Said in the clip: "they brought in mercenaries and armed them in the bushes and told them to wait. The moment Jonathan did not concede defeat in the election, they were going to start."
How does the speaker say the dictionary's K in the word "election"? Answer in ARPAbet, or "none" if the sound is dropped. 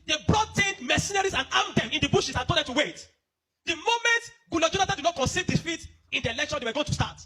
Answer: K